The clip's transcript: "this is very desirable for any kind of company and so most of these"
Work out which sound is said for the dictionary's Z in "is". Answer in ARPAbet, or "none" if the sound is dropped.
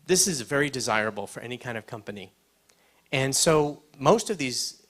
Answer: Z